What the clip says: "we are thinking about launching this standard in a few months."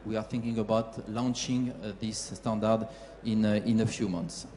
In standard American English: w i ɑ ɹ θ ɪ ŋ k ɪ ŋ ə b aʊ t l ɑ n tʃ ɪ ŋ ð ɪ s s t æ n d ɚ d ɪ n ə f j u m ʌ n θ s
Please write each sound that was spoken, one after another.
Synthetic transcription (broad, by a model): w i ɑ ɹ θ ɪ ŋ k ɪ ŋ ə b aʊ t l ɑ n tʃ ɪ ŋ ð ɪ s s t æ n d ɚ d ɪ n ə f j u m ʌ n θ s